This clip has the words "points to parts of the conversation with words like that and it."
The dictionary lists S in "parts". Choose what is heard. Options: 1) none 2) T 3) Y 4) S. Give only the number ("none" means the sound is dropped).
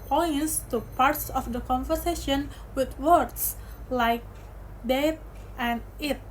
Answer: 4